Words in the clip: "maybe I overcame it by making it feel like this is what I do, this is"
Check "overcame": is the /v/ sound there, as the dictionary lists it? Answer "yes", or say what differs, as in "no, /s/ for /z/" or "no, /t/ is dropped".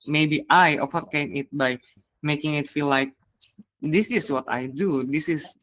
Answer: no, /f/ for /v/